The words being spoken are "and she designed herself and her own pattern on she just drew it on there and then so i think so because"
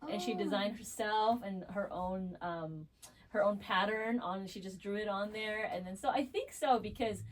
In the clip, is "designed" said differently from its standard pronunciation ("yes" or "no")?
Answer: no